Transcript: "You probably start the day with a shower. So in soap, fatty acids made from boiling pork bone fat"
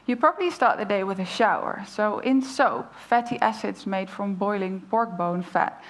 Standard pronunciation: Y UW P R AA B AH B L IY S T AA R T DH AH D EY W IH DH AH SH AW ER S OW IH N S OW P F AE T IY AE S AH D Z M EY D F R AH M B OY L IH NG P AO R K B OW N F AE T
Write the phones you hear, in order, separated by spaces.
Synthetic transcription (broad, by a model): Y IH P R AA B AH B L IY S T AA R T DH AH D EY W IH DH AH SH AW ER S OW IH N S OW P F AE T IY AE S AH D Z M EY D F R AH M B OY L IH NG P AO R K B OW N F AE T